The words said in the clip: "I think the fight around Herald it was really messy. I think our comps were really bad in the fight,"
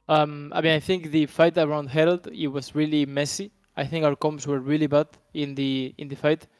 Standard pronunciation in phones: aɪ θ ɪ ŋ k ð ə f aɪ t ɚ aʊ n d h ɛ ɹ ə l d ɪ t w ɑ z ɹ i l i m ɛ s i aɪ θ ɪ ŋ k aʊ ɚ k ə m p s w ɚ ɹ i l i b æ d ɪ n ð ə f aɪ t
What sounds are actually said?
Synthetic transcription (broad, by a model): aɪ θ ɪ ŋ k ð ə f aɪ t ɚ aʊ n d h ɛ ɹ ə l d ɪ t w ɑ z ɹ i l i m ɛ s i aɪ θ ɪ ŋ k aʊ ɚ k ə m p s w ɚ ɹ i l i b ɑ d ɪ n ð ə f aɪ t